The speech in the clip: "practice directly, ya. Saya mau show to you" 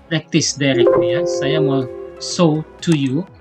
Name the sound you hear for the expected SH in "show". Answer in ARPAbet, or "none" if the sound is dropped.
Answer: S